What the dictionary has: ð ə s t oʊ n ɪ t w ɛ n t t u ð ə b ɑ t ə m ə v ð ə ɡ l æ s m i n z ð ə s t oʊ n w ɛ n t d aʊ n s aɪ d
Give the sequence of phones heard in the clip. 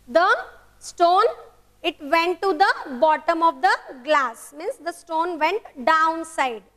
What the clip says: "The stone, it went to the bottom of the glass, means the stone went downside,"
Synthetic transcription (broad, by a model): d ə s t oʊ n ɪ t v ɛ n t t u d ə b ɑ t ə m ə v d ə ɡ l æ s m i n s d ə s t oʊ n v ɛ n t d aʊ n s aɪ d